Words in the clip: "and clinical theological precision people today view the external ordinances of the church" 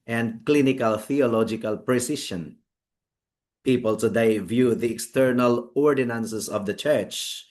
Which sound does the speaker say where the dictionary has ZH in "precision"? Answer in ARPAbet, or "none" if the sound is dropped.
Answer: SH